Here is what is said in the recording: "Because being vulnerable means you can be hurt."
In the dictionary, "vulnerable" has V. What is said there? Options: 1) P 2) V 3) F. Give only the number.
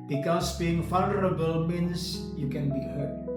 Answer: 3